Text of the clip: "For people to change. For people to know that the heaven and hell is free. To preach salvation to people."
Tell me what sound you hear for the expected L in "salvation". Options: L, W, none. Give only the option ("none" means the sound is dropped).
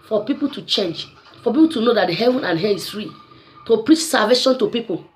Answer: none